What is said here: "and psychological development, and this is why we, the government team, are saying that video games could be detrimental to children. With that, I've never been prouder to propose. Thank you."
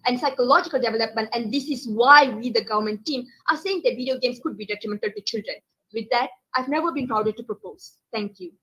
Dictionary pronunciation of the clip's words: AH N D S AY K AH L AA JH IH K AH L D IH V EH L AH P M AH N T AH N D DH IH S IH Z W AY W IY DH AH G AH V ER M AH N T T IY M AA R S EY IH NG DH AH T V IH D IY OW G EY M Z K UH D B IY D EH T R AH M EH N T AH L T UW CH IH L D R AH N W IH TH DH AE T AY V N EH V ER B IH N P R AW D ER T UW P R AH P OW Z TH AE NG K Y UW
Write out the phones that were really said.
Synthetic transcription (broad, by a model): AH N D S AY K AH L AA JH IH K AH L D IH V EH L AH P M AH N T AH N D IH S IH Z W AY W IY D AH G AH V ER M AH N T T IY M AA R S EY IH NG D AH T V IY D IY OW G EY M S K UH D B IY D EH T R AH M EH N T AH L T UW CH IH L D R AH N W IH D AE T AY V N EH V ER B IH N P R AW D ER T UW P R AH P OW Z T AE NG K Y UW